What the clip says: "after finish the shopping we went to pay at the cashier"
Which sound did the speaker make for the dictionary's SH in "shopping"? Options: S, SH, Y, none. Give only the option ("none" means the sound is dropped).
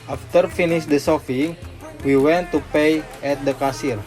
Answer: S